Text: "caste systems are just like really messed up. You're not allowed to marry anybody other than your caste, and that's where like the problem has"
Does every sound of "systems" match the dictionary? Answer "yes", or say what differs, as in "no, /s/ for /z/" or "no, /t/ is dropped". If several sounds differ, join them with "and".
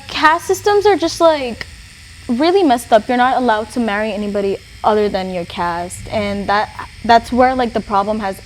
yes